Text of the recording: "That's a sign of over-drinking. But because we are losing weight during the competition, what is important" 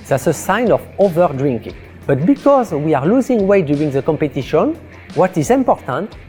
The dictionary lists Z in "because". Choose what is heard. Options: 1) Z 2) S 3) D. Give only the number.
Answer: 1